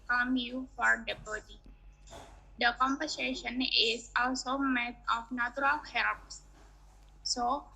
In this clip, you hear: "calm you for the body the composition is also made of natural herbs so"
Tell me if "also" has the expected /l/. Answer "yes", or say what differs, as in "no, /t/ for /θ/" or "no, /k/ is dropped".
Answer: yes